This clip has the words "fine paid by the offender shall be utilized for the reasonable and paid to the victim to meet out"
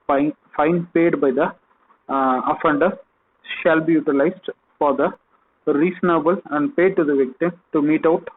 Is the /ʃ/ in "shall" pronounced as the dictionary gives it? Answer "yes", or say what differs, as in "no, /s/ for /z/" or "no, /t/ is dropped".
yes